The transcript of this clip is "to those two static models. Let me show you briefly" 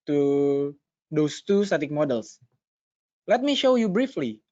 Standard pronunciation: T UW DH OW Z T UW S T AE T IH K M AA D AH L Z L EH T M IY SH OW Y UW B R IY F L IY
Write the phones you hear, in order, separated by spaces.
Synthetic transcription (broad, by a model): T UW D OW S T UW S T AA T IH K M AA D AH L S L EH T M IY SH OW Y UW B R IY F L IY